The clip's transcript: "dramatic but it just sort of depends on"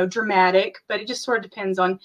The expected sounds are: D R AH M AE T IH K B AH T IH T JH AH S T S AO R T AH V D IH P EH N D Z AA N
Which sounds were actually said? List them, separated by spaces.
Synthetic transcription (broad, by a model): D R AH M AE T IH K B AH T IH T JH AH S T S AO R T AH V D IH P EH N D Z N